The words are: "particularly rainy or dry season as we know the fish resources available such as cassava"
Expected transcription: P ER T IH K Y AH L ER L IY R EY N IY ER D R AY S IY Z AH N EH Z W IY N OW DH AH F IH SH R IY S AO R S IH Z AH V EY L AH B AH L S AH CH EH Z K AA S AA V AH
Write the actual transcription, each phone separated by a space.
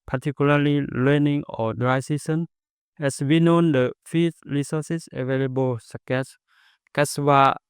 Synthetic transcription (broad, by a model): P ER T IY K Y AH L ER L IY L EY N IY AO D R AY S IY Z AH N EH S W IY N OW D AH F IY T R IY S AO S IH S AH V EY L AH B AH L S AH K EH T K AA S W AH